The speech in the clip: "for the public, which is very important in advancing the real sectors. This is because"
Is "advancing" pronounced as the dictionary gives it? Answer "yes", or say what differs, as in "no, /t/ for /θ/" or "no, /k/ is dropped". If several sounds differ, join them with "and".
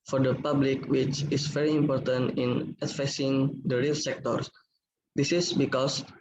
no, /n/ is dropped